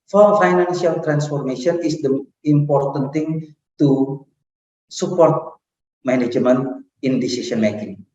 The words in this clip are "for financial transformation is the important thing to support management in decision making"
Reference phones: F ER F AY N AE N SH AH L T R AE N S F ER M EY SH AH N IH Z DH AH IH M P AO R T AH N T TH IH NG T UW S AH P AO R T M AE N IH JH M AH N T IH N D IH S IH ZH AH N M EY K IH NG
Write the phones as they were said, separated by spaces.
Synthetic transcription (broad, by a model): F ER F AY N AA N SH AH L T R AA N S F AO M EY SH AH N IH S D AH IH M P AO R T AH N T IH NG T UW S AH P AO R T M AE N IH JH M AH N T IH N D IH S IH S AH N M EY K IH NG